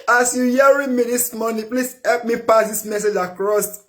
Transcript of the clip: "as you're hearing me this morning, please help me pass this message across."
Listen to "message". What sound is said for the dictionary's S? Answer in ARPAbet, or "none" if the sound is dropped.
S